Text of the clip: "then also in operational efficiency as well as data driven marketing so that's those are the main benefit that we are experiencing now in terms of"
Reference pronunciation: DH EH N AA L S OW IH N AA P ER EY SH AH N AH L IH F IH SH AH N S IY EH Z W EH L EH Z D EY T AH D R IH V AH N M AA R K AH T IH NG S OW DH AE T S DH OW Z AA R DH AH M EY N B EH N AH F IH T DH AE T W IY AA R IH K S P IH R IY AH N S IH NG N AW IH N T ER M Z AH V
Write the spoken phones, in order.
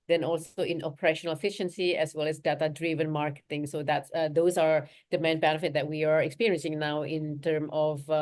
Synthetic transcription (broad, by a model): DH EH N AA L S OW IH N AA P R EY SH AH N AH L IH F IH SH AH N S IY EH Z W EH L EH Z D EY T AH D R IH V AH N M AA R K AH T IH NG S OW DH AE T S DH OW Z AA R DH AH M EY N B EH N AH F IH T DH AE T W IY AA R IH K S P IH R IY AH N S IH NG N AW IH N T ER M AH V